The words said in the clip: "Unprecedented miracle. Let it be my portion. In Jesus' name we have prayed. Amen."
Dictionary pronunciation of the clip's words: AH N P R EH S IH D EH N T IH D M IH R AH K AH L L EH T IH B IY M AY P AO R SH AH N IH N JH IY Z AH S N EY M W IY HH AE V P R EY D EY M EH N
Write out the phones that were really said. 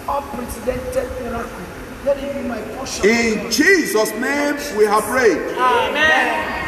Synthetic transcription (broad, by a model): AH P R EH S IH D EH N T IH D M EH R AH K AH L L EH T IH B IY M AY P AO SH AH IH N JH IY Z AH S N EY M W IY HH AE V R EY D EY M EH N